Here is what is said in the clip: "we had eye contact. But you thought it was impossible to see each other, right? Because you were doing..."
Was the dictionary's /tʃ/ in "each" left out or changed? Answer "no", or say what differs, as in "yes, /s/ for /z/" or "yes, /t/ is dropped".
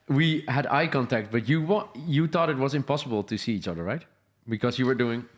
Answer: no